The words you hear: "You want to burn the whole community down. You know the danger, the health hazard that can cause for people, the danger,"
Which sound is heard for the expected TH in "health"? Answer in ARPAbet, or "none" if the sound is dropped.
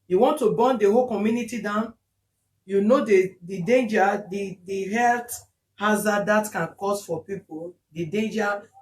T